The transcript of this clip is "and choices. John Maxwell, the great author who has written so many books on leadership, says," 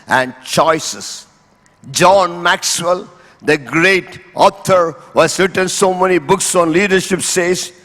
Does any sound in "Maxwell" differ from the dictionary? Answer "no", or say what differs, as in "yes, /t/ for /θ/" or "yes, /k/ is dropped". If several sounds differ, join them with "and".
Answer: no